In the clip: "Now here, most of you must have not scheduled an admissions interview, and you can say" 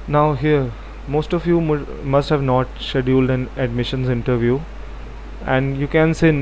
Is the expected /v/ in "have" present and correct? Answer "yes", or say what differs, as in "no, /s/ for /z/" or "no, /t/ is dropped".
yes